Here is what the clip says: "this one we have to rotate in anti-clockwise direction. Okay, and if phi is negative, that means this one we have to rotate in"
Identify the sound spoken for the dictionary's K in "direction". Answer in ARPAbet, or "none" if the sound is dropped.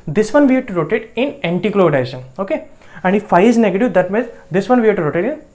none